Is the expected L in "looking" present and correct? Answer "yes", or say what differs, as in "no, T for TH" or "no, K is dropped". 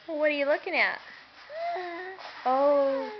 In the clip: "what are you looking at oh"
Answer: yes